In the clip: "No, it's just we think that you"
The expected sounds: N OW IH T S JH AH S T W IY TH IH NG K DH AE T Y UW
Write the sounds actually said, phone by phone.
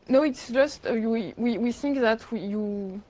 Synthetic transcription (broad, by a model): N OW IH T S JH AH S T W IY TH IH NG K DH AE T Y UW